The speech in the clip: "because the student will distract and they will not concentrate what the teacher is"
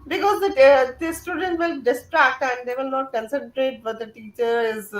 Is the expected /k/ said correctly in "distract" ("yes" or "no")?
yes